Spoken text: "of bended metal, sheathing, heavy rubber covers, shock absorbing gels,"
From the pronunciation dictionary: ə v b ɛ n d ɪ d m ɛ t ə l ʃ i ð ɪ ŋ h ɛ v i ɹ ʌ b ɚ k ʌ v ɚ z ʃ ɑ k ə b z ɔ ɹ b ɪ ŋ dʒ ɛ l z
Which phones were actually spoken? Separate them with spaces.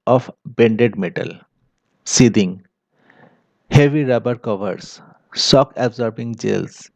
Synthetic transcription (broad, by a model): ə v b ɛ n d ɪ d m ɛ t ə l s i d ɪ ŋ h ɛ v i ɹ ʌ b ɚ k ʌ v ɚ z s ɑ k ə b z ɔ ɹ b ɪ ŋ dʒ ɛ l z